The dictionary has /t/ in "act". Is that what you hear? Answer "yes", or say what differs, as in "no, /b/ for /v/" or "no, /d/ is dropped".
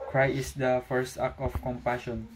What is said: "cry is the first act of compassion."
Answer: no, /t/ is dropped